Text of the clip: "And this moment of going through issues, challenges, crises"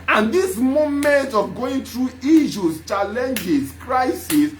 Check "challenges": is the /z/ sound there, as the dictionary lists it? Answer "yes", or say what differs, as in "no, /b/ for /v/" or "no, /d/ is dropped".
no, /s/ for /z/